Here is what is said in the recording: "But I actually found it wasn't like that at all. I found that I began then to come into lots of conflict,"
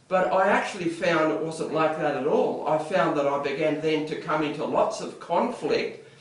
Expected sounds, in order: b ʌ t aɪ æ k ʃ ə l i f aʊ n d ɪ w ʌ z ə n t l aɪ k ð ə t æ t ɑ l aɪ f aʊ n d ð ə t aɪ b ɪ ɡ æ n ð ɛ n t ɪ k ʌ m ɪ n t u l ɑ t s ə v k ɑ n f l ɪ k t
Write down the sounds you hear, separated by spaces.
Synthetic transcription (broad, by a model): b ʌ t aɪ æ k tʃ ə l i f aʊ n d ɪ w ʌ z ə n t l aɪ k ð ə t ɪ t ɑ l aɪ f aʊ n ð ə t aɪ b ɪ ɡ æ n ð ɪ n t ɪ k ʌ m ɪ n t u l ɑ t s ə v k ɑ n f l ɪ k t